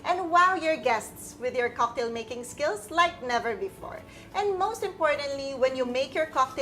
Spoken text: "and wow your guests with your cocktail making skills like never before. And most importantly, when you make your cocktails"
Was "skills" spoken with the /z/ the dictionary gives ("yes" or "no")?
no